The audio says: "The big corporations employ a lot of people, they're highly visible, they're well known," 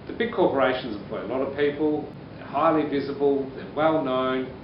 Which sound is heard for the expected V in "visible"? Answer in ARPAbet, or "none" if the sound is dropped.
V